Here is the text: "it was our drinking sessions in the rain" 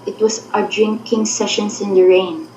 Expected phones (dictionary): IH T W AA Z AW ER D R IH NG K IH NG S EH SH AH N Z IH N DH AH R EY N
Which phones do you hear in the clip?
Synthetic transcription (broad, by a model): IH T W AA S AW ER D R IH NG K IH NG S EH SH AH N S IH N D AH R EY N